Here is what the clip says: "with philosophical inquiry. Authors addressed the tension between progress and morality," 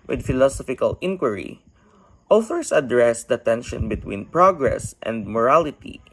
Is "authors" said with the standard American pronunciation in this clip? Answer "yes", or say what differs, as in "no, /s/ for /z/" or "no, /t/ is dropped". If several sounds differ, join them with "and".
no, /s/ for /z/